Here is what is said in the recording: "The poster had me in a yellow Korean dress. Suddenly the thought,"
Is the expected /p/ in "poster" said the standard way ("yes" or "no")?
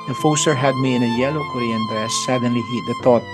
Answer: no